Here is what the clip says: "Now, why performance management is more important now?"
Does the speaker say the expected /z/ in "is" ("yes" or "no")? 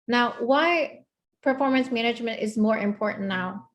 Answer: yes